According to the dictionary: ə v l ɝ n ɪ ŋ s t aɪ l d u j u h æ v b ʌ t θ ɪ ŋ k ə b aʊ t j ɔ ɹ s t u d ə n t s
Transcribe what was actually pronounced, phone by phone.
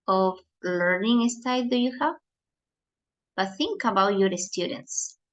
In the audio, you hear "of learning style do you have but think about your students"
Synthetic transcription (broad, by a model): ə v l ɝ n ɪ ŋ s t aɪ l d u j u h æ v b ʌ t θ ɪ ŋ k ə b aʊ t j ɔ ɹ s t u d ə n t s